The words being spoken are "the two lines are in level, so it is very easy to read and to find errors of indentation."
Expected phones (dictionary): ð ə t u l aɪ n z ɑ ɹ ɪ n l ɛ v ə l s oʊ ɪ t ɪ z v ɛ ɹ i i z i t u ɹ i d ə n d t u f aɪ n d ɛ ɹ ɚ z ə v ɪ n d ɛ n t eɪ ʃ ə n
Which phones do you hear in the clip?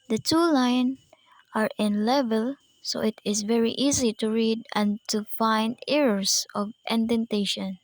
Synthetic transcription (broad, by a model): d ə t u l aɪ n ɑ ɹ ɪ n l ɛ v ə l s oʊ ɪ t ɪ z v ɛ ɹ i i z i t u ɹ i d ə n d t u f aɪ n d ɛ ɹ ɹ s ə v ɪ n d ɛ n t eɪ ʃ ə n